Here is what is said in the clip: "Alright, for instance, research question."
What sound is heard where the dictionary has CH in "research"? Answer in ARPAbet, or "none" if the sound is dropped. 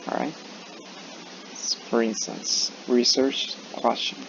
CH